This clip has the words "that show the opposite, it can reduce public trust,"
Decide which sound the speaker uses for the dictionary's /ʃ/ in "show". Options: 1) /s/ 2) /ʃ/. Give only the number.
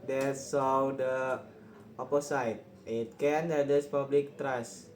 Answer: 1